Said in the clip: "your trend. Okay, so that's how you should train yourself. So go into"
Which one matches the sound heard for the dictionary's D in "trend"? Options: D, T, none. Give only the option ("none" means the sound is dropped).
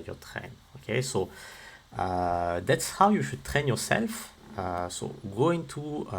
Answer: none